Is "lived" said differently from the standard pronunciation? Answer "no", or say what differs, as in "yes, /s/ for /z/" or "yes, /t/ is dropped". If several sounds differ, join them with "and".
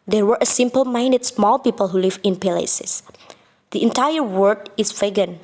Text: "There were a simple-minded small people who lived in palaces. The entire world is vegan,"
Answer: yes, /d/ is dropped